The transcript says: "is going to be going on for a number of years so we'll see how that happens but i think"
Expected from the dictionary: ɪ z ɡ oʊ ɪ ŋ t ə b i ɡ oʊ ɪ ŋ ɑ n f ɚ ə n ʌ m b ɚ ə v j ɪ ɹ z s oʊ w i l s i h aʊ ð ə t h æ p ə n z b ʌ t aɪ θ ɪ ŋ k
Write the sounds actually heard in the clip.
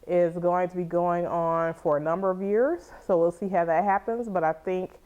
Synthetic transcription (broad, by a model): ɪ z ɡ oʊ ɪ ŋ t ə b i ɡ oʊ ɪ ŋ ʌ n f ɚ ə n ʌ m b ɚ ə v j ɪ ɹ z s oʊ w i l s i h aʊ ð ə t h æ p ə n z b ʌ t aɪ θ ɪ ŋ k